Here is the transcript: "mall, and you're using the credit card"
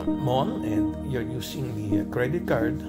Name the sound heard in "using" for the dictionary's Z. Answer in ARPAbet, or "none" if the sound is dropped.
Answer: S